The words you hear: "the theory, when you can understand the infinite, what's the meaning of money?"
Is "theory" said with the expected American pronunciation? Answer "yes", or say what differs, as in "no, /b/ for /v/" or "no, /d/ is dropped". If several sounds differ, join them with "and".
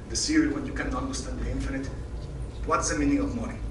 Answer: no, /s/ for /θ/